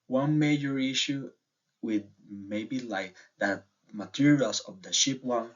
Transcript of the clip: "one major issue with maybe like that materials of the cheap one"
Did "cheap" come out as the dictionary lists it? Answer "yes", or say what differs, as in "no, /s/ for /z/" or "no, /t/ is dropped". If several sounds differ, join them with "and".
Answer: no, /ʃ/ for /tʃ/